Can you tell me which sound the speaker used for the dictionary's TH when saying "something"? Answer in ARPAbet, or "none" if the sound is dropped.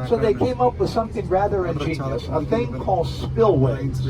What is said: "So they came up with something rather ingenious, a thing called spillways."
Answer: TH